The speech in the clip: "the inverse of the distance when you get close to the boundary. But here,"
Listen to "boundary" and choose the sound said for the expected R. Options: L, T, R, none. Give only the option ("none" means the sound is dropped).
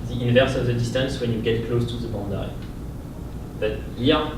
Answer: none